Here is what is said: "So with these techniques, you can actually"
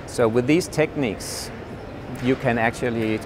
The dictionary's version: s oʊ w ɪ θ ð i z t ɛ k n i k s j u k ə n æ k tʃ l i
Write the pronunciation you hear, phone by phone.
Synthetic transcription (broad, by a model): s oʊ w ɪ ð i z t ɛ k n i k s j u k ə n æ k tʃ l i